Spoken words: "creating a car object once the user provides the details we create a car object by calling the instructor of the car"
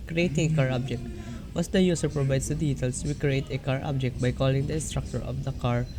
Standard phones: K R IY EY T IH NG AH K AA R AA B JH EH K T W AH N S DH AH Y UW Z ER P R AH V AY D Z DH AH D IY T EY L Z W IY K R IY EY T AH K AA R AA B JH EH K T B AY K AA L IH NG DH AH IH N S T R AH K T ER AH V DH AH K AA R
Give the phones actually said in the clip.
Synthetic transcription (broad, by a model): K R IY EY T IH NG K AA R AA B JH EH K T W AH S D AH Y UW S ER P R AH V AY D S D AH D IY T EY L S W IY K R IY EY T AH K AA R AA B JH EH K T B AY K AA L IH NG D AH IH N S T R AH K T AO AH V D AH K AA R